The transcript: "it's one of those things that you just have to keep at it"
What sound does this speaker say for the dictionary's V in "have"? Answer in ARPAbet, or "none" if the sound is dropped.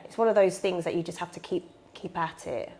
F